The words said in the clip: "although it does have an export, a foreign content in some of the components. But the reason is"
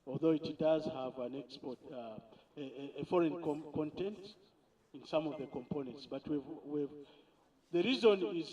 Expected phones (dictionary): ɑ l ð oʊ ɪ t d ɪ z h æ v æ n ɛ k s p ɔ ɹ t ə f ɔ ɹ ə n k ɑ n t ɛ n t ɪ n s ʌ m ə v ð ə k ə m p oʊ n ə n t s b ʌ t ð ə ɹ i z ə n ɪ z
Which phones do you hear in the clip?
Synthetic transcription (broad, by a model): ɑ l ð oʊ ɪ t d ɪ z h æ v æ n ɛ k s p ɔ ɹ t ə f ɔ ɹ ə n k ɑ n t ɛ n t ɪ n s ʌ m ə v ð ə k ə m p oʊ n ə n t s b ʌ t ð ə ɹ i z ə n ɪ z